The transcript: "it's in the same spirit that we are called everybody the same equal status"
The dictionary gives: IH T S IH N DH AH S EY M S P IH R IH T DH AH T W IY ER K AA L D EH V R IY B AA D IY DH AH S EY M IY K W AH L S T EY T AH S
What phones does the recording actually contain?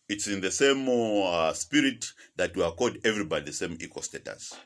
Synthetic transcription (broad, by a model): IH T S IH N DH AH S EY M S P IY R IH T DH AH T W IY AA K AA D EH V R IY B AA D IY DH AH S EY M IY K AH S T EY T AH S